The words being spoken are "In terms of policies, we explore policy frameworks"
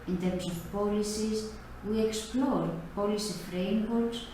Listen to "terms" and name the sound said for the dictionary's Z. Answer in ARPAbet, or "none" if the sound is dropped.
S